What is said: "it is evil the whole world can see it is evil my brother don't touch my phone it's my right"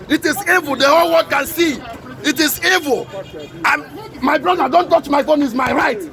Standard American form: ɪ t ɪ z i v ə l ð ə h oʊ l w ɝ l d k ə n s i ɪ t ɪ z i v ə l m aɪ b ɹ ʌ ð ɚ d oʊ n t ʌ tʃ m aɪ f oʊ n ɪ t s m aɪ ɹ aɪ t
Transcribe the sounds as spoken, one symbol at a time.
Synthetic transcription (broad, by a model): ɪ t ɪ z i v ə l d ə h oʊ l w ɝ d k ə n s i ɪ t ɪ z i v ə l m aɪ b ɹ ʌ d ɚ d oʊ n t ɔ tʃ m aɪ f oʊ n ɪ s m aɪ ɹ aɪ t